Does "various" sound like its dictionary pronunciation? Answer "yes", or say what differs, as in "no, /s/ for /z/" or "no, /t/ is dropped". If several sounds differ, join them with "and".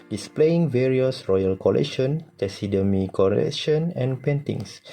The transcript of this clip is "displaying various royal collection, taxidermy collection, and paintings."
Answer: yes